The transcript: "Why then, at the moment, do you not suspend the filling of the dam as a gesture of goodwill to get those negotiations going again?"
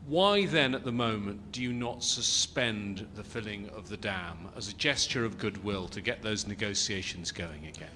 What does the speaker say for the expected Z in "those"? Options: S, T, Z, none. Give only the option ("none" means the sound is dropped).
Z